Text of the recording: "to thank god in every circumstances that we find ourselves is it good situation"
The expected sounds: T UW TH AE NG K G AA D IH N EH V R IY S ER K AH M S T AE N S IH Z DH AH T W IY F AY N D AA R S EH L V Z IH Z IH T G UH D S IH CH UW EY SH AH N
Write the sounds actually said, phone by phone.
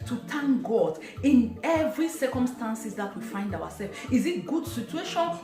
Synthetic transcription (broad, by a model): T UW T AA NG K G AA D IH N EH V R IY S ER K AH M S T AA N S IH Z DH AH T W IY F AY N D AA W S EH L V IH Z IH T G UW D S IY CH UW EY SH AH N